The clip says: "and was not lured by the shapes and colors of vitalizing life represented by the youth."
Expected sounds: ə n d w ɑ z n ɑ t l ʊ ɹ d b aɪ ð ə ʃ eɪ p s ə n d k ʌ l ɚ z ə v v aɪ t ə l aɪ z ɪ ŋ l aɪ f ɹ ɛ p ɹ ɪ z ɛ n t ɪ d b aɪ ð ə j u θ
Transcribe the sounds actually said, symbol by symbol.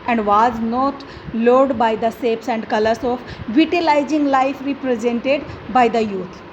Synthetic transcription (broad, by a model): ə n d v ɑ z n ɑ t l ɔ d b aɪ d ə s eɪ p s ə n d k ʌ l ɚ s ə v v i t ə l aɪ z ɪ ŋ l aɪ f ɹ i p ɹ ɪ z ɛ n t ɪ d b aɪ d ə j u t